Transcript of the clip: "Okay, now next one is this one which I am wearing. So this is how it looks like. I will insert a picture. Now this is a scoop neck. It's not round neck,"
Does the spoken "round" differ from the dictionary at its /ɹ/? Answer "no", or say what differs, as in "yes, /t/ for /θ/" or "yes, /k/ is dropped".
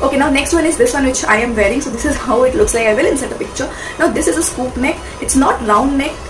yes, /l/ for /ɹ/